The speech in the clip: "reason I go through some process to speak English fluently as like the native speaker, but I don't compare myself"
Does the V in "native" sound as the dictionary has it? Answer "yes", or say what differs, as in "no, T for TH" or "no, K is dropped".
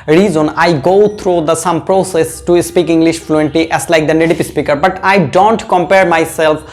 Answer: no, P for V